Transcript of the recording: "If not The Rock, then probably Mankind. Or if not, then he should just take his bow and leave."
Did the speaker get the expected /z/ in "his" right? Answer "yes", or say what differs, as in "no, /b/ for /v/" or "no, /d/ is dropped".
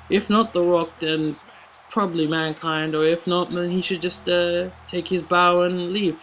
yes